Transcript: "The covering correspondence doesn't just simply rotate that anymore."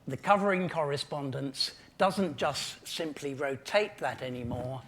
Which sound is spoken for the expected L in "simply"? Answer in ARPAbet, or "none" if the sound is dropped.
L